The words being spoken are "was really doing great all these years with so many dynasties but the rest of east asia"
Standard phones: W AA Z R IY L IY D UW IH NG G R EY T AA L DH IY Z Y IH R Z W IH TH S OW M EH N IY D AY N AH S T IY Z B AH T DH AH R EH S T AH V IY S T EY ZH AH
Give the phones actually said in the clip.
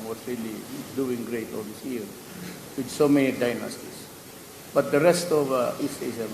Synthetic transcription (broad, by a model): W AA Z R IY L IY D UW IH NG G R EY T AA L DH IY S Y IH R W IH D S OW M EH N IY D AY N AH S T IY S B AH T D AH R EH S T AH V IY S T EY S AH